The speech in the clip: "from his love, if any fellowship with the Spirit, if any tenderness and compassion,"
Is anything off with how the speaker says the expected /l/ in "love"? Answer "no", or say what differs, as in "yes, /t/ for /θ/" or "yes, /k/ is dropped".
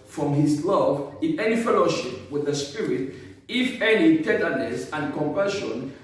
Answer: no